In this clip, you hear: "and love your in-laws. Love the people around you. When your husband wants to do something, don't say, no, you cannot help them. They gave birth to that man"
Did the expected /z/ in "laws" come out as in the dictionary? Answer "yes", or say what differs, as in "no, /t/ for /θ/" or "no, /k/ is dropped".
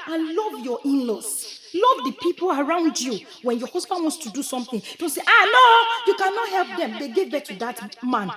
no, /s/ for /z/